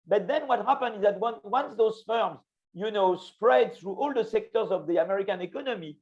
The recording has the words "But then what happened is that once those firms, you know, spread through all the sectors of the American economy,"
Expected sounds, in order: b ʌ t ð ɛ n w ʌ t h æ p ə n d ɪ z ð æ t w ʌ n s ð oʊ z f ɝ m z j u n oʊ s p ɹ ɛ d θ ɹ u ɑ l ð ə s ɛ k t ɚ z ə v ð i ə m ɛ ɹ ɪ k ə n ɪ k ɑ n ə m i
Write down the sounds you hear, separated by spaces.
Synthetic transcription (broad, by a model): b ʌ t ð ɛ n w ʌ t h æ p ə n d ɪ z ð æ t w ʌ n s ð oʊ z f ɝ m z j u n oʊ s p ɹ ɛ d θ ɹ u ɑ l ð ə s ɛ k t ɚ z ə v ð i ə m ɛ ɹ ɪ k ə n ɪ k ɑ n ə m i